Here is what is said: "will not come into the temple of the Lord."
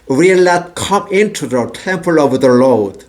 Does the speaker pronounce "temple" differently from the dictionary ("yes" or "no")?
no